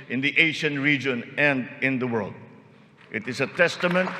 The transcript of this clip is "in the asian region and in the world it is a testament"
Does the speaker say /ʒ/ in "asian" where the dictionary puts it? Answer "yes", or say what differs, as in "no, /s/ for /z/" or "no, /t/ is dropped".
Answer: no, /ʃ/ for /ʒ/